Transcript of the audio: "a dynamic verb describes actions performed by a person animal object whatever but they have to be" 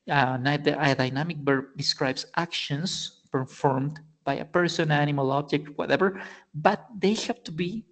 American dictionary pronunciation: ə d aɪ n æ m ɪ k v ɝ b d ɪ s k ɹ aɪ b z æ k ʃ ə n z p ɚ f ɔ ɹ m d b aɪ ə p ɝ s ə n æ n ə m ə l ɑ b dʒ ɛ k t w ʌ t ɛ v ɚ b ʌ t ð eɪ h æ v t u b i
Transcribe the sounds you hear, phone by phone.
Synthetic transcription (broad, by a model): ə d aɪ n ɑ m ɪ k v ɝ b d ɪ s k ɹ aɪ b s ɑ k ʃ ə n s p ɚ f ɔ ɹ m d b aɪ ə p ɝ s ə n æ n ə m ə l ɑ b dʒ ɛ k t w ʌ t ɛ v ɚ b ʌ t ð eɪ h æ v t u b i